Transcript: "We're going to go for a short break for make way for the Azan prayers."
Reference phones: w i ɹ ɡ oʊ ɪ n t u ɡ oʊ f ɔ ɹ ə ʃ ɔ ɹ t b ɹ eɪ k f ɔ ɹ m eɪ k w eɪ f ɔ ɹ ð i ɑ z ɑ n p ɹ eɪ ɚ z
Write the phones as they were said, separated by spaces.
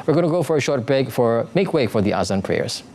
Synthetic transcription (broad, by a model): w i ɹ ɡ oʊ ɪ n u ɡ oʊ f ɔ ɹ ə ʃ ɔ ɹ t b eɪ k f ɔ ɹ m eɪ k w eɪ f ɔ ɹ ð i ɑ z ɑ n p ɹ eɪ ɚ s